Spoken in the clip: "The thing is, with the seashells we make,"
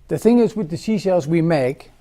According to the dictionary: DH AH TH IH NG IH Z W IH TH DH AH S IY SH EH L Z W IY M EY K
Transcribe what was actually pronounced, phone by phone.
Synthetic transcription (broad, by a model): DH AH TH IH NG IH Z W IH DH AH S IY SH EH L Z W IY M EY K